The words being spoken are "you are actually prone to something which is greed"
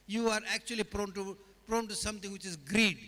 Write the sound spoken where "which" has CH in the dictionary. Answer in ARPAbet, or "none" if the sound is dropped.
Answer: CH